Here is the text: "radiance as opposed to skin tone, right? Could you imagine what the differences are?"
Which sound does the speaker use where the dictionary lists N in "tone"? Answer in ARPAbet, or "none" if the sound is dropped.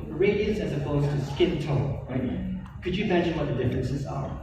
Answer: L